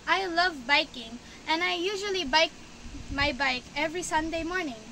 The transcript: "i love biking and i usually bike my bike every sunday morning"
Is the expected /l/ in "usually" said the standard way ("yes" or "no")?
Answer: yes